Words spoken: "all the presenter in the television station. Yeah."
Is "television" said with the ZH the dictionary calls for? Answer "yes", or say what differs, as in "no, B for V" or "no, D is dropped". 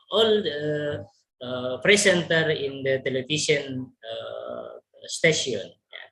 no, SH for ZH